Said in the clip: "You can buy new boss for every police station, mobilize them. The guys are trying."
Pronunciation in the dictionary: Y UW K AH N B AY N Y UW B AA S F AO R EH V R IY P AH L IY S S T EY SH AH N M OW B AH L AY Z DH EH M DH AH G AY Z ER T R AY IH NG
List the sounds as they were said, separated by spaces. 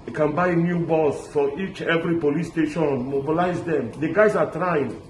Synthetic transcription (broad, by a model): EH K AH N B AY N Y UW B AA S F AO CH EH V R IY P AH L IY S S T EY SH AH N M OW B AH L AY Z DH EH M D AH G AY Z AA T R AY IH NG